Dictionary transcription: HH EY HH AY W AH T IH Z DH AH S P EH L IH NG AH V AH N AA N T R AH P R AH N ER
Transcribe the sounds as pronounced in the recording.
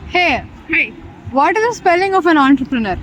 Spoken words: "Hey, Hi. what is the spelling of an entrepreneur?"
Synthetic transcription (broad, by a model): HH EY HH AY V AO T IH Z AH S P EH L IH NG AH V AH N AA N T R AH P R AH N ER